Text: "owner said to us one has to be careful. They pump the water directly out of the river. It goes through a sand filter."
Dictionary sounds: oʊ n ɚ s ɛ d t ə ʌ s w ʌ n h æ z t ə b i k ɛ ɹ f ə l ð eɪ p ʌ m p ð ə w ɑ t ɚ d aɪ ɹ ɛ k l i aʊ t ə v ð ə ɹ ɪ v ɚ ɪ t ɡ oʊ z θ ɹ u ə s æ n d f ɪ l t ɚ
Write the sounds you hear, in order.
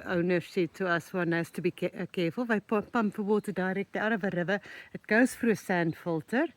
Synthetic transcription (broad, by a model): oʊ n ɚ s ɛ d t ə ʌ s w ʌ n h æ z t ə b i k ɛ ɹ f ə l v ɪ p ʌ m p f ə w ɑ t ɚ d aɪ ɹ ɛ k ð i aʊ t ə v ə ɹ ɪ v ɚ ɪ t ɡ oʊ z f ɹ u ə s æ n d f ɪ l t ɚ